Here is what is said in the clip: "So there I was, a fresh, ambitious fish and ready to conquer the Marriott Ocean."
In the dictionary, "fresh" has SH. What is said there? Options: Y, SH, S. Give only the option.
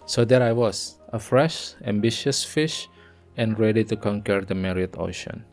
SH